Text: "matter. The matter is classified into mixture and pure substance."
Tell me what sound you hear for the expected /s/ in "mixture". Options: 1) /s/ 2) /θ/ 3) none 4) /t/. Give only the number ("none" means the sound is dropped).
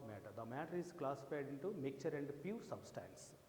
3